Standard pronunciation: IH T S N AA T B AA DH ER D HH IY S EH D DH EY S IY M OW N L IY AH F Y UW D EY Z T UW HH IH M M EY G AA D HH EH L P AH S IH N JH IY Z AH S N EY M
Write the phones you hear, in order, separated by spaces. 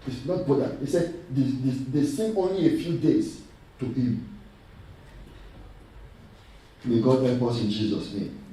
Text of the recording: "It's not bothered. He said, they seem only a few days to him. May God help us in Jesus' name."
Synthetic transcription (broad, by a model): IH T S N AA T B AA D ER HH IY S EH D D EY S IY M OW N L IY AH F Y UW D EY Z T UW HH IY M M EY G AA D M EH P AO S IH N JH IY Z AH S N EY M